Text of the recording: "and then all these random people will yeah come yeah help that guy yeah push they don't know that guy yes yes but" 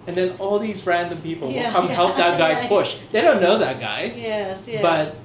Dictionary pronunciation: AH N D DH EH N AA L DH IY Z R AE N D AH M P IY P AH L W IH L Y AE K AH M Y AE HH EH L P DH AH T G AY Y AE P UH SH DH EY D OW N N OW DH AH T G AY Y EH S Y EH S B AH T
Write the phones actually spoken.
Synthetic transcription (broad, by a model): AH N DH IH N AA L DH IY Z R AE N D AH M P IY P L W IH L K AH M HH EH L P DH AH T G AY P UH SH DH EY D OW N N OW DH AH T G AY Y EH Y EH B AH T